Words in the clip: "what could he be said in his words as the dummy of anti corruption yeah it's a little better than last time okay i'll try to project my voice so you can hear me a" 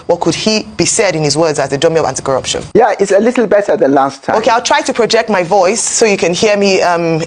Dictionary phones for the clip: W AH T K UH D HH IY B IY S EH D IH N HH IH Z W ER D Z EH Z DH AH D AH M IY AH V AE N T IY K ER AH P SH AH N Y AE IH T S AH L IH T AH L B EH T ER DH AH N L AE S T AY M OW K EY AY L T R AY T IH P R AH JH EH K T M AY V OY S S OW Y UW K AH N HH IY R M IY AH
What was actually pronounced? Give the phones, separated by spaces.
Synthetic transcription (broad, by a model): W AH T K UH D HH IY B IY S EH D IH N HH IH Z W ER D Z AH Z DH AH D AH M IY AH V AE N T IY K ER AH P SH AH N Y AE IH T S AH L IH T L B EH T ER DH AH N L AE S T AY OW K EY AY L T R AY T IH P R AH JH EH K T M AY V OY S S OW Y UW K AH N HH IY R M IY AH